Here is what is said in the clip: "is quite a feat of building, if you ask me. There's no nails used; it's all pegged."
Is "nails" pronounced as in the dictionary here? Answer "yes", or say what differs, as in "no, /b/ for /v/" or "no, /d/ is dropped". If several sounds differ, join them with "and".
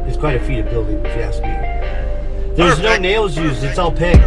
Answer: yes